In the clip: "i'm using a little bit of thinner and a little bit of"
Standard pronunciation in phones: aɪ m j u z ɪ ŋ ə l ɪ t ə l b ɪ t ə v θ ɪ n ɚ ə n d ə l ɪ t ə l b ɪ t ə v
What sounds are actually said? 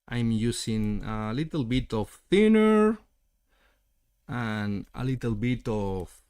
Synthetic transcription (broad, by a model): aɪ m j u s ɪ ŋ ə l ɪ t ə l b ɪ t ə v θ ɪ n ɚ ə n ə l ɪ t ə l b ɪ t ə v